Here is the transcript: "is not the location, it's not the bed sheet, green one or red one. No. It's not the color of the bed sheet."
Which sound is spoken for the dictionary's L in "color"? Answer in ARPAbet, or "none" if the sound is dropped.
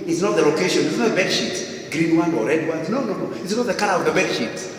N